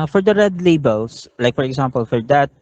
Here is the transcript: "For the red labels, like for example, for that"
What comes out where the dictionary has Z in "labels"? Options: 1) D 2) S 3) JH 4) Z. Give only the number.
2